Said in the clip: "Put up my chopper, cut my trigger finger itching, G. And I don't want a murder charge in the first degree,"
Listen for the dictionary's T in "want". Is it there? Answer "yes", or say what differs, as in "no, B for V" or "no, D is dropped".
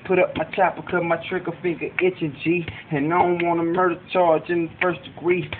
no, T is dropped